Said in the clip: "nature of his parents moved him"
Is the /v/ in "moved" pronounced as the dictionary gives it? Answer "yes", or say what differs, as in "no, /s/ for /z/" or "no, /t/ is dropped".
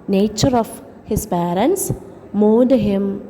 no, /v/ is dropped